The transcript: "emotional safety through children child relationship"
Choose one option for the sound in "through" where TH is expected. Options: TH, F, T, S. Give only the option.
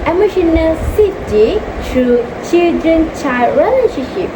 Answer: T